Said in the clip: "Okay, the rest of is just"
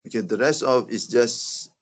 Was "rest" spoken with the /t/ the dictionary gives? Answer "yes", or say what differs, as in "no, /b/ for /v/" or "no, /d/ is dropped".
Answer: yes